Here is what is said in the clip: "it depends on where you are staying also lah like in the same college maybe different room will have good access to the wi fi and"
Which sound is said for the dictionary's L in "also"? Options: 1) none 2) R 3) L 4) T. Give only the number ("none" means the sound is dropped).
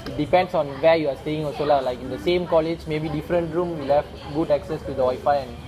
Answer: 1